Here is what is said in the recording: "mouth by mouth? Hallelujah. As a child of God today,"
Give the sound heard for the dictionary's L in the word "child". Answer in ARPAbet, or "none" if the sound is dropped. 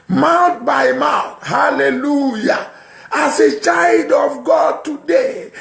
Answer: L